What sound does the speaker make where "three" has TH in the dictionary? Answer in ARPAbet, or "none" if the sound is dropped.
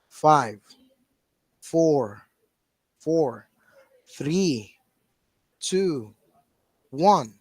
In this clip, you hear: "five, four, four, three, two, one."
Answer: TH